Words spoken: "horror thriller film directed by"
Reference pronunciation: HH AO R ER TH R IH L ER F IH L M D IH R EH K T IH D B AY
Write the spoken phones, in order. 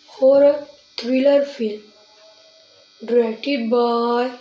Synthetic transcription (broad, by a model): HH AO R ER T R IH L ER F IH L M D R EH T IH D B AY